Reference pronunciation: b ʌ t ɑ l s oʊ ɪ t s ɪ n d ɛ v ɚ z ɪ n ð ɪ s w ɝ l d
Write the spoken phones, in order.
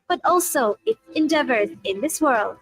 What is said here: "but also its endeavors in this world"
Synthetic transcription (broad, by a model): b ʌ t ɑ l s oʊ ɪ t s ɪ n d ɛ v ɚ z ɪ n ð ɪ s w ɝ l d